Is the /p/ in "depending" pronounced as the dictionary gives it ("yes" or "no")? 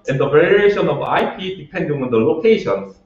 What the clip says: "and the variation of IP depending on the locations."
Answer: yes